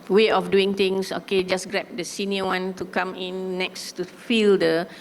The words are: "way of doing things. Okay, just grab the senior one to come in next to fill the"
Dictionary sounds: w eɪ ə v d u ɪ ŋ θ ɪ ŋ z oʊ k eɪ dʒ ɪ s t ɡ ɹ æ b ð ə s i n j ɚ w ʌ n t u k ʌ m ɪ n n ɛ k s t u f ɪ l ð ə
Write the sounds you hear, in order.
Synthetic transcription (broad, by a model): w eɪ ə f d u ɪ ŋ t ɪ ŋ s oʊ k eɪ dʒ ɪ s ɡ ɹ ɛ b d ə s i n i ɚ w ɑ n t u k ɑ m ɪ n n ɛ k s t u f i l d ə